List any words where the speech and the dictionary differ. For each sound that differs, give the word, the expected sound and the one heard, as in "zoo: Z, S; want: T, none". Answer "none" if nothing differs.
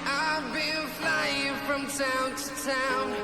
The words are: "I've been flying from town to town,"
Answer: been: N, L